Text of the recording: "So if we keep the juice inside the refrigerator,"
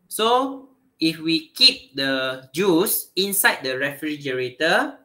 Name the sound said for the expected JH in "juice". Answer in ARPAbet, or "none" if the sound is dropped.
JH